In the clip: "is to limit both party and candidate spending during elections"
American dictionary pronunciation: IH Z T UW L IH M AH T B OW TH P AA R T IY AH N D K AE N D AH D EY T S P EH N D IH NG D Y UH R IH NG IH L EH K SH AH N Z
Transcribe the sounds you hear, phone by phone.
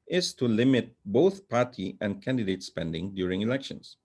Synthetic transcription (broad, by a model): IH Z T UW L IH M AH T B OW TH P AA R T IY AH N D K AE N D AH D EY T S P EH N D IH NG D Y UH R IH NG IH L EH K SH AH N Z